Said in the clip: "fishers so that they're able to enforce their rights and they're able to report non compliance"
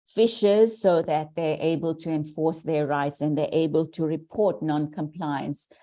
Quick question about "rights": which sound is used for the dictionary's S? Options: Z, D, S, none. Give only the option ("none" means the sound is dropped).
S